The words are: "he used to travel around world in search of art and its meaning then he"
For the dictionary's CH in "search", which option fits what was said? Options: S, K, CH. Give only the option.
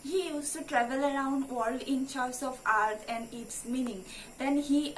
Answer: S